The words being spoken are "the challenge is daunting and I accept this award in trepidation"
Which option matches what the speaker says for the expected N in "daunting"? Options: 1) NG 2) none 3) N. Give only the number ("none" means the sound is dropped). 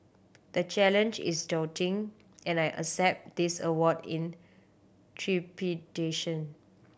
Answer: 2